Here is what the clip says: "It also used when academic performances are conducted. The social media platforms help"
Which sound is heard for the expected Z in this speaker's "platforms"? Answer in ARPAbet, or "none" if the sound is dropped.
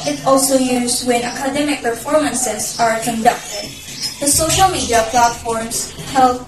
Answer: S